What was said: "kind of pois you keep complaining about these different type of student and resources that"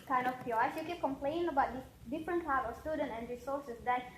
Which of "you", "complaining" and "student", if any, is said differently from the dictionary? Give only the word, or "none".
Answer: complaining